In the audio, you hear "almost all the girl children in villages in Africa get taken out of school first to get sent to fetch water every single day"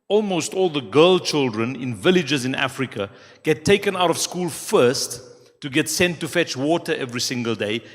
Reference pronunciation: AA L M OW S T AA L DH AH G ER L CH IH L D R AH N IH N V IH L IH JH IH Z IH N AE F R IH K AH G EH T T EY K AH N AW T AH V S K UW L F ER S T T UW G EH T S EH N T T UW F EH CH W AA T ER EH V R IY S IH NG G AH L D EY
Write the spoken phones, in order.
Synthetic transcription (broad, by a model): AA L M OW S T AA L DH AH G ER L CH IH L D R AH N IH N V IH L IH JH IH Z IH N AE F R IH K AH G EH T T EY K AH N AW T AH V S K UW L F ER S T T UW G EH T S EH N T T UW F EH CH W AA T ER EH V R IY S IH NG G AH L D EY